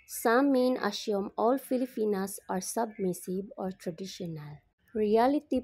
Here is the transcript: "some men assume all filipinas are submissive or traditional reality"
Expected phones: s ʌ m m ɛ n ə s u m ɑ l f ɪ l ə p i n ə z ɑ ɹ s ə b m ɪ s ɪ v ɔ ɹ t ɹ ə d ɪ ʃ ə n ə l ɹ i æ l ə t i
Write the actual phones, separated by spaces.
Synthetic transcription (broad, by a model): s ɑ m m ɛ n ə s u m ɑ l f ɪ l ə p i n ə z ɑ ɹ s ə b m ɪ s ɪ b ɔ ɹ t ɹ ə d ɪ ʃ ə n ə l ɹ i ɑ l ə t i